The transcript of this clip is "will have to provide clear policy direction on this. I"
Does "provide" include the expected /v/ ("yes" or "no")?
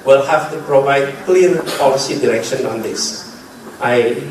yes